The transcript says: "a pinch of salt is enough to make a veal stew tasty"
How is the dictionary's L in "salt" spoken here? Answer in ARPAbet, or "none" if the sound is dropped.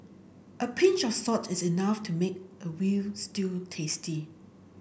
none